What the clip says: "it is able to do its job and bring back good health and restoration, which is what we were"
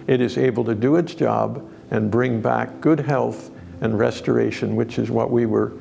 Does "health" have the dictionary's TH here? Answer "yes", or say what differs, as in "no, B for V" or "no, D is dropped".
yes